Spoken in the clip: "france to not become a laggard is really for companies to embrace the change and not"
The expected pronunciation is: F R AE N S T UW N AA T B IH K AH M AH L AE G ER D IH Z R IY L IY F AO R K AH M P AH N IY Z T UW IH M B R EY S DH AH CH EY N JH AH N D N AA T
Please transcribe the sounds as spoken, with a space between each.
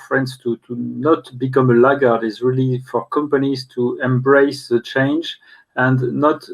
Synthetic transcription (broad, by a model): F R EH N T T UW N AA T B IH K AH M AH L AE G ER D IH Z R IY L IY F AO R K AH M P AH N IY Z T UW IH M B R EY S DH AH CH EY N JH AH N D N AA T